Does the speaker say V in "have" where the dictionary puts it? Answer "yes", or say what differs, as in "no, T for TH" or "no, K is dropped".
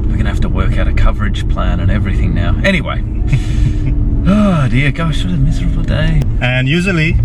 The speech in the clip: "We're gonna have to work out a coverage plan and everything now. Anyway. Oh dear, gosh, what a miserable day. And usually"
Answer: no, F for V